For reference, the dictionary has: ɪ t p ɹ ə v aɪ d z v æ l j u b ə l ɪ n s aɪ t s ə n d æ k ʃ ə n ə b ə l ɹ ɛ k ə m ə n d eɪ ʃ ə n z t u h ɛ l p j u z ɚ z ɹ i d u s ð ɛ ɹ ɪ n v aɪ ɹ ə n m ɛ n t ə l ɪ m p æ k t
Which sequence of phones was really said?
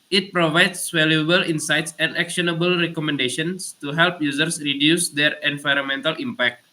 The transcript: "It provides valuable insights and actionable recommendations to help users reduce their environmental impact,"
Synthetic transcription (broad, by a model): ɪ t p ɹ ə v aɪ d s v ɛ l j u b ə l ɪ n s aɪ t s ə n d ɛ k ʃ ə n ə b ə l ɹ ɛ k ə m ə n d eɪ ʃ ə n s t u h ɛ l p j u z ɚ s ɹ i d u s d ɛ ɹ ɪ n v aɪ ɹ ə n m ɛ n t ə l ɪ m p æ k t